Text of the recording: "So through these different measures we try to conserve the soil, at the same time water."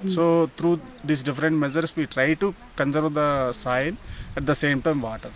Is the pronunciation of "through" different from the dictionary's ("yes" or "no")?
yes